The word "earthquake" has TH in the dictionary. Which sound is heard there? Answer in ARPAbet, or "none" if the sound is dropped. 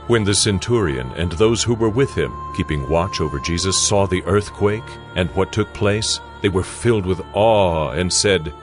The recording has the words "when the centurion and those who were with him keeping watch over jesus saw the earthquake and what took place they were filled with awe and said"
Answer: TH